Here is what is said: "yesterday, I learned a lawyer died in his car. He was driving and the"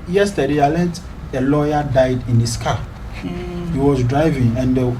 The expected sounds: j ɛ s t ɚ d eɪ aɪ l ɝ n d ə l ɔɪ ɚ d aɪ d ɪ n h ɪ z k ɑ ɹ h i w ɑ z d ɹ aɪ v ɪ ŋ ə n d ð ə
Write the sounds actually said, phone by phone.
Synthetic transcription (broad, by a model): j ɛ s t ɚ d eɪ aɪ l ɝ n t ə l ɔɪ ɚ d aɪ d ɪ n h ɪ s k ɑ h i w ɑ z d ɹ aɪ v ɪ ŋ ə n d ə